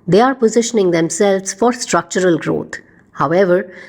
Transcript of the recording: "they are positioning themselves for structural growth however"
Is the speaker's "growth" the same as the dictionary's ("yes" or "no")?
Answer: no